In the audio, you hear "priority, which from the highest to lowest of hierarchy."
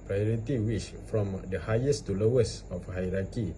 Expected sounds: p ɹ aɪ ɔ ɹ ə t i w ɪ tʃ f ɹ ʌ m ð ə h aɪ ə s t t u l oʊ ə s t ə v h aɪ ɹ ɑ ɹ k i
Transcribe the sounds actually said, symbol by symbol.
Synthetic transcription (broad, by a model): p ɹ aɪ ɔ ɹ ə t i w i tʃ f ɹ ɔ m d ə h aɪ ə s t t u l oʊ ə s ə f h aɪ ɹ ɑ k i